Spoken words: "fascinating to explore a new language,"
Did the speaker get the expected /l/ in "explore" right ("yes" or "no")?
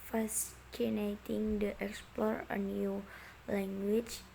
yes